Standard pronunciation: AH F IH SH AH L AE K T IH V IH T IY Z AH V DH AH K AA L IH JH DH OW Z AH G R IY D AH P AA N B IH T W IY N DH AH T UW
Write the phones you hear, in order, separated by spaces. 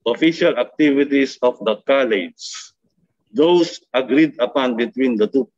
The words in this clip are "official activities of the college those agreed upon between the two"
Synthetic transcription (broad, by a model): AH F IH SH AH L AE K T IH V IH T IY S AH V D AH K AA L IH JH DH OW S AH G R IY D AH P AA N B IH T W IY N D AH T UW